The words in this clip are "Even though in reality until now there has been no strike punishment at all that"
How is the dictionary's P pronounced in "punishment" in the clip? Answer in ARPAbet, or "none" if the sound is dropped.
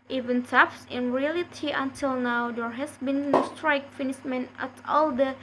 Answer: F